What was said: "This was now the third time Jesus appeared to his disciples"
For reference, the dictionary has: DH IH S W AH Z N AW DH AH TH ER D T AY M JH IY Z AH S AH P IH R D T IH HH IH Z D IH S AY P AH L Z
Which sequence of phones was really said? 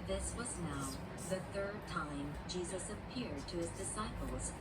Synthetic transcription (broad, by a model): DH IH S W AH Z N AW DH AH TH ER D T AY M JH IY Z AH S AH P IH R D T IH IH Z D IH S AY P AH L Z